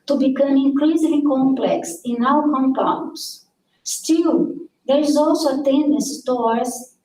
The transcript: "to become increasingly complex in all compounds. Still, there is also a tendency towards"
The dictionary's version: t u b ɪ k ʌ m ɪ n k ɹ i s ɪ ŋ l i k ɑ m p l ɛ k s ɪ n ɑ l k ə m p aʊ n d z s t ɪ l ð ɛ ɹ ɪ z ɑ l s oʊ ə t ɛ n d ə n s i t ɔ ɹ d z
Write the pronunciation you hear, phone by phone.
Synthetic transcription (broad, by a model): t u b ɪ k ʌ m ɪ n k l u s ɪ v l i k ɑ m p l ɛ k s ɪ n ɑ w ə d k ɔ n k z s t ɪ l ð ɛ ɹ ɪ z ɑ l s oʊ ə t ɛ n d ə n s t ɔ ɹ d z